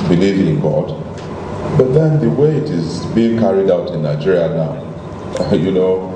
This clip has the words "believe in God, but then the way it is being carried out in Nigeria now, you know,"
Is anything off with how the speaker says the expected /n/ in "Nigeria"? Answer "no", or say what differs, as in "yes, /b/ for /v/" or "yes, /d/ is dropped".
no